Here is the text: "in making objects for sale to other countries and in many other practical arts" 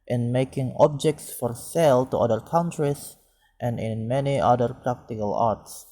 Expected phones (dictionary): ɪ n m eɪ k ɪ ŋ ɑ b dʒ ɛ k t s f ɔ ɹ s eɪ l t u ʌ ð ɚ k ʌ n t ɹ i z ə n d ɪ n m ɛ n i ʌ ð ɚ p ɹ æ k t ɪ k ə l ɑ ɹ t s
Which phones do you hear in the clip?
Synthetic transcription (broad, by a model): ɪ n m eɪ k ɪ ŋ ɑ b dʒ ɛ k t s f ɔ ɹ s eɪ l t u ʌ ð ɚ k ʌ n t ɹ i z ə n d ɪ n m ɛ n i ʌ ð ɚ p ɹ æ k t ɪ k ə l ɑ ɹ t s